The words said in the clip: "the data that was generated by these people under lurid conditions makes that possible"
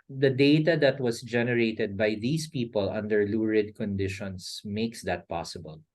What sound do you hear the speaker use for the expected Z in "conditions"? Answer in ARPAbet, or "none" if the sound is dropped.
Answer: S